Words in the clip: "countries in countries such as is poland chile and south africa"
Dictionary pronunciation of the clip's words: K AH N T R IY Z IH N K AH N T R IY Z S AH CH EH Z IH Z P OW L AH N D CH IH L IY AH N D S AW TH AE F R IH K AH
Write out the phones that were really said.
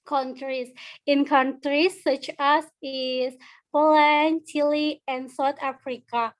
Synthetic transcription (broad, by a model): K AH N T R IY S IH N K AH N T R IY S AH CH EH S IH S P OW L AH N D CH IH L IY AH N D S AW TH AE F R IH K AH